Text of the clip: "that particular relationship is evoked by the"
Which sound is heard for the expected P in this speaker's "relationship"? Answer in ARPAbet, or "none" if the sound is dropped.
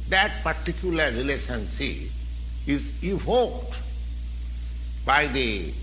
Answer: none